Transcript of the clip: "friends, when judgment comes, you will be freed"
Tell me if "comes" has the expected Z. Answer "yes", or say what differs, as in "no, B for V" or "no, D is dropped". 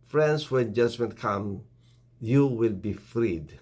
no, Z is dropped